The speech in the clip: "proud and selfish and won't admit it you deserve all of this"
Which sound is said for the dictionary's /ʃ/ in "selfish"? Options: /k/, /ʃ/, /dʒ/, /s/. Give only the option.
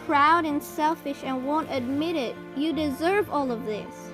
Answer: /ʃ/